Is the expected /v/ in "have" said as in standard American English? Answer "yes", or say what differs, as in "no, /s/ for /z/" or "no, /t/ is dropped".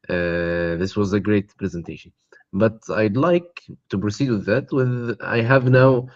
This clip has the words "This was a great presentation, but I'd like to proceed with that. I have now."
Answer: yes